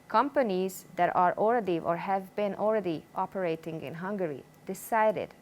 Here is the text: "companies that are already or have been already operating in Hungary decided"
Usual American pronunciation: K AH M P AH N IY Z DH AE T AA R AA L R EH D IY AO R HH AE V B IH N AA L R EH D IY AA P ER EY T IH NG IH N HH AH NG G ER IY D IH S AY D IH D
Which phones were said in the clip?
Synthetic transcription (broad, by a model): K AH M P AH N IY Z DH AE T AA R AA L R EH D IY AO R HH AE V B IH N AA L R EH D IY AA P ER EY T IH NG IH N HH AH NG G ER IY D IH S AY D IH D